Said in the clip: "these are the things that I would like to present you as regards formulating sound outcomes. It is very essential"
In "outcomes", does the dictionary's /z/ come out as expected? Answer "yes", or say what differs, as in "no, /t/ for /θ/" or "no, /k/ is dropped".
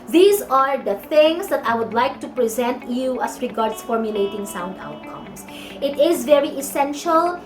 no, /s/ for /z/